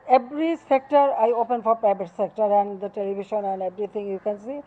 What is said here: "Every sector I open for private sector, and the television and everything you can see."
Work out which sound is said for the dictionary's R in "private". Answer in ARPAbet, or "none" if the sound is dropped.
none